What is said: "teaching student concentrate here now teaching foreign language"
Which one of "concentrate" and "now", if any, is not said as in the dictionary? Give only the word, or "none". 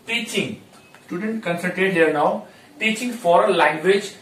concentrate